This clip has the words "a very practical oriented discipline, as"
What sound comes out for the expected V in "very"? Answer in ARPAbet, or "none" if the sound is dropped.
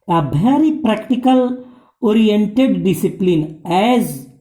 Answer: B